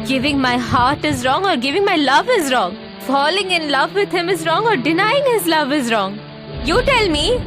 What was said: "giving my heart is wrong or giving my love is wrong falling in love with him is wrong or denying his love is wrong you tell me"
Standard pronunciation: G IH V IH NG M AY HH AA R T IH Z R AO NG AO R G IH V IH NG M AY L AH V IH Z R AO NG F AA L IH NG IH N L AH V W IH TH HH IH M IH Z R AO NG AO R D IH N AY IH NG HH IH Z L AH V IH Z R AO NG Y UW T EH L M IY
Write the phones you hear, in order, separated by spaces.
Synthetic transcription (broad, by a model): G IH V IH NG M AY HH AA R T IH Z R AO NG AO R G IH V IH NG M AY L AH V IH Z R AO NG F AA L IH NG IH N L AH V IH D HH IH M IH Z R AO NG AO R D IH N AY IH NG HH IH Z L AH V IH Z R AO NG Y UW T EH L M IY